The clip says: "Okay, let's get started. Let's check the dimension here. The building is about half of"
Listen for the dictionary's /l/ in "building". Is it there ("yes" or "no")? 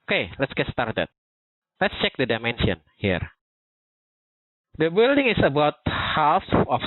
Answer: yes